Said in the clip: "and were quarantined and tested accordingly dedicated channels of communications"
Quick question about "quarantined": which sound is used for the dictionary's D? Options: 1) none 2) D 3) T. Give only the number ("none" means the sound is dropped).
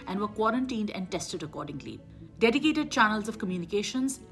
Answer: 2